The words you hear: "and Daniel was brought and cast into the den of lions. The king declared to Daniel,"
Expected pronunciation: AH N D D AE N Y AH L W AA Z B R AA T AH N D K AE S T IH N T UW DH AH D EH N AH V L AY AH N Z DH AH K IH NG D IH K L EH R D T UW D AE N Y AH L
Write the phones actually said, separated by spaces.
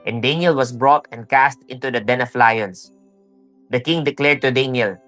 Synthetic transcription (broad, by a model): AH N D D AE N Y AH L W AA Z B R AA T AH N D K AE S T IH N T UW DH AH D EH N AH F L AY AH N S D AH K IH NG D IH K L EH R D T UW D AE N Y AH L